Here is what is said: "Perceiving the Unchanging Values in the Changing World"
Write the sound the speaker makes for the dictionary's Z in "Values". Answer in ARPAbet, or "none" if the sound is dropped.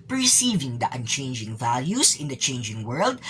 S